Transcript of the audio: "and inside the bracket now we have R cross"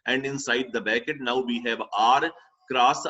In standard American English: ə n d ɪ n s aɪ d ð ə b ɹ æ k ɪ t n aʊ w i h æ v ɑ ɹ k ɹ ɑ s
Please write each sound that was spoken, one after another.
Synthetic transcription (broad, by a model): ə n d ɪ n s aɪ d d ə b æ k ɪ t n aʊ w i h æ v ɑ ɹ k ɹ ɑ s